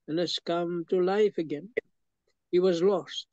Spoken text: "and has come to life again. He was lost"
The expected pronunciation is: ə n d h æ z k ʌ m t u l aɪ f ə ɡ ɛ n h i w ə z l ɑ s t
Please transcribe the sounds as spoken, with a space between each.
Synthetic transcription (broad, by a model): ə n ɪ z k ʌ m t u l aɪ f ə ɡ ɛ n h i w ə z l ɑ s t